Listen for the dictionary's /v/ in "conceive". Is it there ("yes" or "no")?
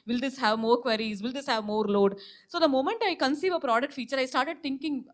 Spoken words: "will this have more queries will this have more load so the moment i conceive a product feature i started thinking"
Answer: yes